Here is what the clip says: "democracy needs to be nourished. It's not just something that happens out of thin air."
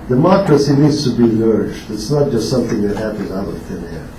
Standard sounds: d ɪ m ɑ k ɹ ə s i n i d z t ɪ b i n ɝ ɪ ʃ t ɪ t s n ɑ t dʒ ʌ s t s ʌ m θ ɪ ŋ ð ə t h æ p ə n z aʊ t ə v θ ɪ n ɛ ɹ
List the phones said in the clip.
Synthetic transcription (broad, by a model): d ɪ m ɑ k ɹ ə s i n i d z t ɪ b i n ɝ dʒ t ɪ t s n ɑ t dʒ ʌ s t s ʌ m θ ɪ ŋ ð ə t h æ p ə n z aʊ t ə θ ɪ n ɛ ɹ